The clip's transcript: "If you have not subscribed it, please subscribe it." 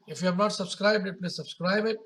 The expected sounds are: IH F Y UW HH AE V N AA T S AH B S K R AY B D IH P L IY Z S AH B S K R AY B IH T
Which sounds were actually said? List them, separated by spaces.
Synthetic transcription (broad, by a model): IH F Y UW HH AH P N AA T S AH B S K R AY B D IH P N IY S AH B S K R AY B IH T